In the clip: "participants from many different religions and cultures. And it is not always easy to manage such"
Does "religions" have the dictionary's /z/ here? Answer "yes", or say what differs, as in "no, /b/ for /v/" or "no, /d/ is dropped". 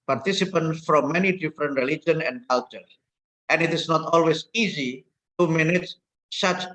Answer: no, /z/ is dropped